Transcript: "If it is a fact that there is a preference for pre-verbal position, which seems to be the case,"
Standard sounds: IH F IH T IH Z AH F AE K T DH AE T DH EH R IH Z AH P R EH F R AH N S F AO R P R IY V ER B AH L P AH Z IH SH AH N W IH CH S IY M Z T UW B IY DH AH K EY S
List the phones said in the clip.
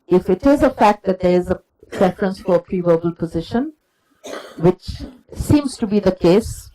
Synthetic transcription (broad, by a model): IH F IH T IH Z AH F AE K T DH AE T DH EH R IH Z AH P R EH F R AH N S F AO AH P R IY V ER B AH L P AH Z IH SH AH N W IH CH S IY M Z T UW B IY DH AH K EY S